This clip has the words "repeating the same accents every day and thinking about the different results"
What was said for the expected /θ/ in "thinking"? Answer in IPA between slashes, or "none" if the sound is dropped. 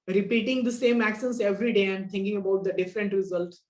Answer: /t/